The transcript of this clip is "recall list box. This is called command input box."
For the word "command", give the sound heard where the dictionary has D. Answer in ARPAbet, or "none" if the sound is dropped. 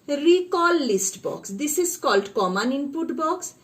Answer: none